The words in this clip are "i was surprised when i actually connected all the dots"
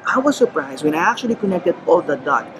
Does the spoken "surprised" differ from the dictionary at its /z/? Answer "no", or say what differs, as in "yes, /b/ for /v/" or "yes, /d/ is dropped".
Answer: no